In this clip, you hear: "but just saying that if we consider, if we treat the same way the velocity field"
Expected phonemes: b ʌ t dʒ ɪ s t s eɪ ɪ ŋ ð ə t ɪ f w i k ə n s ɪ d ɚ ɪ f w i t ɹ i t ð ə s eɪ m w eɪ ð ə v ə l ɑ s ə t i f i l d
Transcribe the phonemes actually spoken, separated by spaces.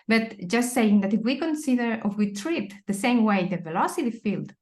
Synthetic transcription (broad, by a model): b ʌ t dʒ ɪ s t s eɪ ɪ ŋ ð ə t ɪ f w i k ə n s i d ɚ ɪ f w i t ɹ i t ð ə s eɪ m w eɪ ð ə v ə l ɑ s ə t i f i l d